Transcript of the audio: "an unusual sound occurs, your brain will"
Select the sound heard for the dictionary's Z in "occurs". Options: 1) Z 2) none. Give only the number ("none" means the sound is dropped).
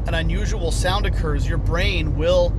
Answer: 1